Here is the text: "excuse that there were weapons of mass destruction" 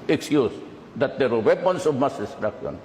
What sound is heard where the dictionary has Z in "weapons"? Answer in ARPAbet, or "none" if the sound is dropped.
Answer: S